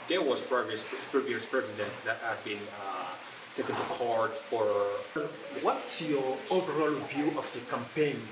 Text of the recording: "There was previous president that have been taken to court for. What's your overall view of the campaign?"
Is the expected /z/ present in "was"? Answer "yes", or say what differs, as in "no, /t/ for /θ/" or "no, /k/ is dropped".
no, /s/ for /z/